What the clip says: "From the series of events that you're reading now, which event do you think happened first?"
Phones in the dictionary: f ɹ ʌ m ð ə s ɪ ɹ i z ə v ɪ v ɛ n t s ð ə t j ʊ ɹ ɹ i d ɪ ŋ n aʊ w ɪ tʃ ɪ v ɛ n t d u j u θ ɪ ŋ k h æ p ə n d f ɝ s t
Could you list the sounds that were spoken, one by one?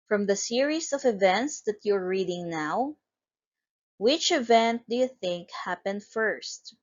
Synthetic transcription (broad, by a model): f ɹ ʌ m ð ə s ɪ ɹ i s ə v ɪ v ɛ n t s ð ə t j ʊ ɹ ɹ i d ɪ ŋ n aʊ w ɪ tʃ ɪ v ɛ n t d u j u θ ɪ ŋ k h æ p ə n d f ɝ s t